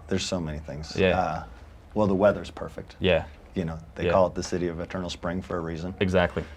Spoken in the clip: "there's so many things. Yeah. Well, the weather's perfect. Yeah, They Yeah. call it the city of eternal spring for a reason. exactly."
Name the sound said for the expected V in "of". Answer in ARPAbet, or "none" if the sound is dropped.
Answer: V